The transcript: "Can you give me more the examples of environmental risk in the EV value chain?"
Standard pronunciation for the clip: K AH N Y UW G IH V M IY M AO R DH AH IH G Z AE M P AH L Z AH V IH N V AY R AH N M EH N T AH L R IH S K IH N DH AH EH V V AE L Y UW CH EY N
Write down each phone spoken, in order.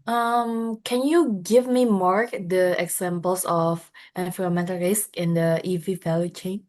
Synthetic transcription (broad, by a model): K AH N Y UW G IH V M IY M AO R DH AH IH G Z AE M P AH L S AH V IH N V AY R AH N M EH N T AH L R IH S K IH N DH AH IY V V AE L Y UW CH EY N